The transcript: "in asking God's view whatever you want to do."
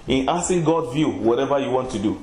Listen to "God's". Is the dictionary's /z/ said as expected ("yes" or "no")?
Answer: no